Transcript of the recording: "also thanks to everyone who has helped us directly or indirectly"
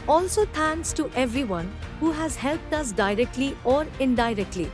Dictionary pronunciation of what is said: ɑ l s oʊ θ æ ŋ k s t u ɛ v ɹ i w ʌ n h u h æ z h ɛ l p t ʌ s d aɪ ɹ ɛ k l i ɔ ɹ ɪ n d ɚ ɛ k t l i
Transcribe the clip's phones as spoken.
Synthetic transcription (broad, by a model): ɑ l s oʊ t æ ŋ k s t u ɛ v ɹ i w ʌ n h u h æ z h ɛ l p t ʌ s d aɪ ɹ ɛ k l i ɔ ɹ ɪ n d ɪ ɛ k t l i